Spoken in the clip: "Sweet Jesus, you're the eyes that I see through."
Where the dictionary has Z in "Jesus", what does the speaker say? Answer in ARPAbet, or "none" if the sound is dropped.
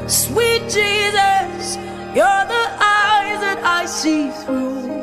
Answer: Z